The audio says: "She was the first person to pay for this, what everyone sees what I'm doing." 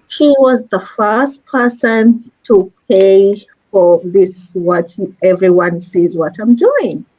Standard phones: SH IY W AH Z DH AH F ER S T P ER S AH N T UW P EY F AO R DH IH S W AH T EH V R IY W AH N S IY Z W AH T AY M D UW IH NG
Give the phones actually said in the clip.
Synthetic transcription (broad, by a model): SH IY W AH Z DH AH F ER S T P ER S AH N T UW P EY F AO R DH IH S W AH T EH V R IY W AH N S IY Z W AH T AY M D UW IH NG